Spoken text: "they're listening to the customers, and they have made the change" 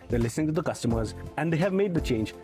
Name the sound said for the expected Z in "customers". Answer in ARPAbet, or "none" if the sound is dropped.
Z